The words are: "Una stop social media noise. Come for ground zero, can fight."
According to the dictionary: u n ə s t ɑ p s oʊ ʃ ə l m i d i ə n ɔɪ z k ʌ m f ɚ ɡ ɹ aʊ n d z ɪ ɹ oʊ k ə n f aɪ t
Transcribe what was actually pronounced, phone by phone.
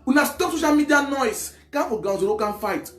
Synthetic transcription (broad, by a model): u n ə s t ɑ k s oʊ ʃ ə l m i d i ə n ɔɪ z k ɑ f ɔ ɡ aʊ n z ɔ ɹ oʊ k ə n f aɪ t